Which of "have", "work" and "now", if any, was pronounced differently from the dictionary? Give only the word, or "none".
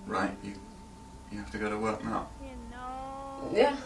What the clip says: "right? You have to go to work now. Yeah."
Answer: have